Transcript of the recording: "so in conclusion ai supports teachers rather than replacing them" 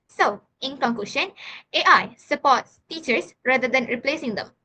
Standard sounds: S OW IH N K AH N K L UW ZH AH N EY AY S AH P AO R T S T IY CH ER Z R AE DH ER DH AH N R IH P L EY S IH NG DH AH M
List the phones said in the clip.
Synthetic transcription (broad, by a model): S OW IH N K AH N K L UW SH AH N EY AY S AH P AO T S T IY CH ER S R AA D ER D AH N R IH P L EY S IH NG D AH M